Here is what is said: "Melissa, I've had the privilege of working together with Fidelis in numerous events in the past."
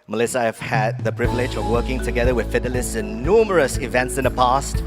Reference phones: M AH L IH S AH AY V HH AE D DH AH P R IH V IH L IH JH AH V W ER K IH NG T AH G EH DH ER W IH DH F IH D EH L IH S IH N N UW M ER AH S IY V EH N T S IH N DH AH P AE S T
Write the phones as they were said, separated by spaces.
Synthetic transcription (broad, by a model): M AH L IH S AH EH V HH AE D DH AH P R IH V IH L IH JH AH V W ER K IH NG T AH G EH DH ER W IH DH F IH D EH L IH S IH N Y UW M ER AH S IY V EH N T S IH N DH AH P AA S T